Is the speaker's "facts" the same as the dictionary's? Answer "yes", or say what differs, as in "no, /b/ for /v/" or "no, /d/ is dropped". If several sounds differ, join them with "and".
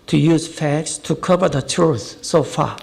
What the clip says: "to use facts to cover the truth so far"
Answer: yes